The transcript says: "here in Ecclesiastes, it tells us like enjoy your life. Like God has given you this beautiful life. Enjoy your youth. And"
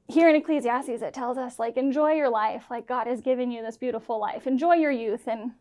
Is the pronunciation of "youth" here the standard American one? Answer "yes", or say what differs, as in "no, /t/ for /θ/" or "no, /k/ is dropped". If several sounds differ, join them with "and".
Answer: yes